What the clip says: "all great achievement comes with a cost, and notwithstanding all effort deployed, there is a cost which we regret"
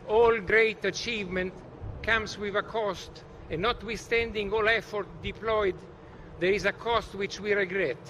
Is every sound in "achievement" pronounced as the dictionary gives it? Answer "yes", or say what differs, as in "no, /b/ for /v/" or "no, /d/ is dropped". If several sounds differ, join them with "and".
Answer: yes